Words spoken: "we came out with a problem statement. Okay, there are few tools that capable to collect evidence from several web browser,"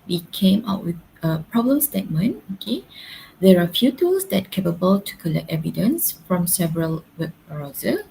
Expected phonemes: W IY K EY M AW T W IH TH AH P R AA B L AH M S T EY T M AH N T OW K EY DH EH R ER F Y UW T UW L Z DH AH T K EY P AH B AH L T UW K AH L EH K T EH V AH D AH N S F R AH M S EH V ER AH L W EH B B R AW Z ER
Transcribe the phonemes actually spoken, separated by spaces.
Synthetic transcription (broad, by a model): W IY K EY M AW T W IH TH AH P R AA B L AH M S T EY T M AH N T OW K EY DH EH R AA F Y UW T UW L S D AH T K EY P AH B AH L T UW K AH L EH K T EH V AH D AH N S F R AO M S EH V ER AH L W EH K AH R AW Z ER